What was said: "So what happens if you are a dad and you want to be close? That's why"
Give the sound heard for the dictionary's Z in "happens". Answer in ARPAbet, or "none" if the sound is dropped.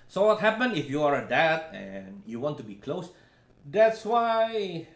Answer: none